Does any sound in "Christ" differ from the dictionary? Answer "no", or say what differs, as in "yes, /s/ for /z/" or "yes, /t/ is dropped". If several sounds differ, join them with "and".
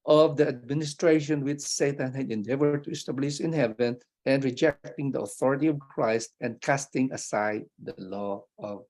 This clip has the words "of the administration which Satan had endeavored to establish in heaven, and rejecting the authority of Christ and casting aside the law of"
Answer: no